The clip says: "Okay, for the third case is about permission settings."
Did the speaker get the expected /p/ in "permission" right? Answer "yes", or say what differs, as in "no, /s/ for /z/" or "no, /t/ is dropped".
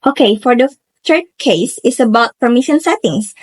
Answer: yes